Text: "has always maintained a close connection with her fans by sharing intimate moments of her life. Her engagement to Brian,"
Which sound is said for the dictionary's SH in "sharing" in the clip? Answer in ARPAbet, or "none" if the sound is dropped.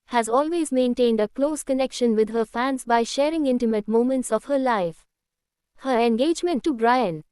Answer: SH